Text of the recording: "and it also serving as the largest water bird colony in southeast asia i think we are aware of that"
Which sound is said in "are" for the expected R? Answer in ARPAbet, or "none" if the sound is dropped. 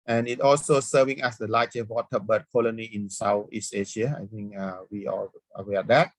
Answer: L